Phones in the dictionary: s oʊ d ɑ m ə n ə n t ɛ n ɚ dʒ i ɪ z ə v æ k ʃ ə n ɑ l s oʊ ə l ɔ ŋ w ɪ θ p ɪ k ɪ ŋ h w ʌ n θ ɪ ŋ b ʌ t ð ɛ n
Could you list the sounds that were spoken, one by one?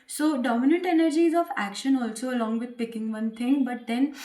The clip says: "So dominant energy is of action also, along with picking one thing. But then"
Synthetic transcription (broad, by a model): s oʊ d ɑ m ə n ə n t ɛ n ɚ dʒ i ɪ z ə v æ k ʃ ə n ɑ l s oʊ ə l ɔ ŋ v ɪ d p ɪ k ɪ ŋ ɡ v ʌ n t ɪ ŋ b ʌ t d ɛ n